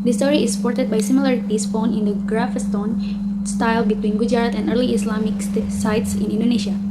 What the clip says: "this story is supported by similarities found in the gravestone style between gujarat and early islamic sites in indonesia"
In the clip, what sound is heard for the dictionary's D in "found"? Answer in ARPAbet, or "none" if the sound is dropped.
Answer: none